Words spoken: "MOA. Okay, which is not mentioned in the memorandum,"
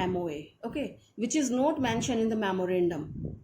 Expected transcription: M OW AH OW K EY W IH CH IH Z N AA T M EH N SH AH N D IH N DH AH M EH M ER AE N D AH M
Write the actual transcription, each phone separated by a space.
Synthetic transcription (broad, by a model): M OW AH OW K EY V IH CH IH Z N AA T M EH N SH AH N IH N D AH M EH M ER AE N D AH M